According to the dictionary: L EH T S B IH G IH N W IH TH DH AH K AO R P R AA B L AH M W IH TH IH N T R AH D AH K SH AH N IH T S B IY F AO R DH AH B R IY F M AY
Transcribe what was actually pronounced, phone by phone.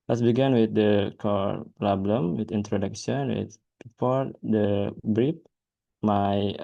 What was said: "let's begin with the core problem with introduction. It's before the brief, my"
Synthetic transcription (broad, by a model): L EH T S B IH G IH N W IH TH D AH K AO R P L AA B L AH M W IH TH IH N T R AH D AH K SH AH N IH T B IY F AO R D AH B R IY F M AY